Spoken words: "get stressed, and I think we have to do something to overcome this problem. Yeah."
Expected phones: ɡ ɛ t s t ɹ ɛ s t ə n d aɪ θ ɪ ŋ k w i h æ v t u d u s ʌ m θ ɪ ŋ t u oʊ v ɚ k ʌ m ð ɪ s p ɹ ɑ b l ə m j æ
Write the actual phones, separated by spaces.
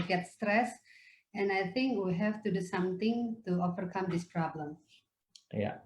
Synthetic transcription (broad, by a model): ɡ ɛ t s t ɹ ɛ s ə n aɪ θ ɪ ŋ k w i h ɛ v t u d u s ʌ m t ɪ ŋ t u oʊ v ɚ k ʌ m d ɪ s p ɹ ɑ b l ə m j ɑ